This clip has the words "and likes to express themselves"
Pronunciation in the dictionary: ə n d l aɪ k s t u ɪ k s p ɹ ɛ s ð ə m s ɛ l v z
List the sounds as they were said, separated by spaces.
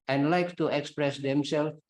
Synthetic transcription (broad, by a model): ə n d l aɪ k t u ɪ k s p ɹ ɛ s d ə m s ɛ l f